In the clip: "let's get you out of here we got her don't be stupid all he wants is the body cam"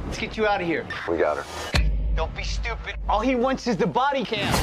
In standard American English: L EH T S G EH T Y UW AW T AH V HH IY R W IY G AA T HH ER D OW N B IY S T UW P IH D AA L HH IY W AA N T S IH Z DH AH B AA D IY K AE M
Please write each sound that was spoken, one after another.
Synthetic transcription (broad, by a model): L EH T S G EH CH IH AW T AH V HH IY R W IY G AA T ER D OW L B IY S T UW P IH D AA L HH IY W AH N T S IH Z DH AH B AA D IY K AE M